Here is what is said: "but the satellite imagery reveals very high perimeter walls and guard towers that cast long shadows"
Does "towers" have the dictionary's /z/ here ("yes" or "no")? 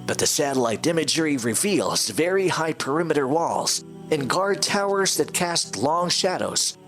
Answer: yes